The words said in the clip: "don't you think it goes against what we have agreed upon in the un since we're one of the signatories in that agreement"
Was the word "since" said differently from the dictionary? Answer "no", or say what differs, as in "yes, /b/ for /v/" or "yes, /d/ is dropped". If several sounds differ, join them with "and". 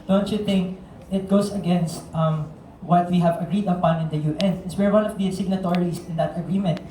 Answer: yes, /n/ is dropped